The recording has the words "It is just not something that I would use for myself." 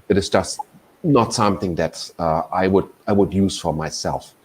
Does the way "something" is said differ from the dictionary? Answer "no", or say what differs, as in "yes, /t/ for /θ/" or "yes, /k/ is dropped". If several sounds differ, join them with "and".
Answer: no